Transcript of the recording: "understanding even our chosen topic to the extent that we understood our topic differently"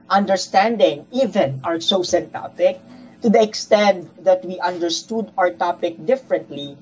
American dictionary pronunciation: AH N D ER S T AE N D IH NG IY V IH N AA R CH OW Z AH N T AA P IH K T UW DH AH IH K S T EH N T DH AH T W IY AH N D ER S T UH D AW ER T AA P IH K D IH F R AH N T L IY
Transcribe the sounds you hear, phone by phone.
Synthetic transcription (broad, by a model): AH N D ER S T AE N D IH NG IY V IH N AA R S OW S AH N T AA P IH K T UW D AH IH K S T EH N T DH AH T W IY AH N D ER S T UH D AW ER T AA P IH K D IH F R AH N T L IY